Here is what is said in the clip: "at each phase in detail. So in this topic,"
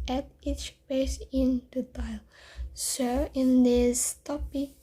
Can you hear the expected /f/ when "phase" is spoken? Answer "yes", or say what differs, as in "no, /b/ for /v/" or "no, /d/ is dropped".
no, /p/ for /f/